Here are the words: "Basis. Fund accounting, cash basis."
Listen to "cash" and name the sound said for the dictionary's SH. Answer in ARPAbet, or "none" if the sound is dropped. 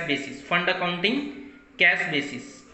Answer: S